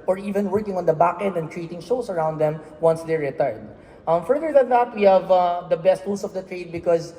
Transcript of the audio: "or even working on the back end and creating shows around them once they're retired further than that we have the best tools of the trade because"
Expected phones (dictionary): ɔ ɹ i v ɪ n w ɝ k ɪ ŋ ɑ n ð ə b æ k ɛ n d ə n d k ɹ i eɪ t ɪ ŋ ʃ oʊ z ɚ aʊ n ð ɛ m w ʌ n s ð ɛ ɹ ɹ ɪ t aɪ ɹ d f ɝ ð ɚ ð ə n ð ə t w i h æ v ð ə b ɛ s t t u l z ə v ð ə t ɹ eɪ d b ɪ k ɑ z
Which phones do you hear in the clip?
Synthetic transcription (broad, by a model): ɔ ɹ i v ɪ n w ɝ k ɪ ŋ ɑ n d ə b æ k ɛ n d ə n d k ɹ i eɪ t ɪ ŋ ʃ oʊ s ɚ aʊ n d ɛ m w ʌ n s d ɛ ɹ ɹ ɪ t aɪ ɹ d f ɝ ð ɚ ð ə n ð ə t w i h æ v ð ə b ɛ s t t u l s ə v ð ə t ɹ eɪ d b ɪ k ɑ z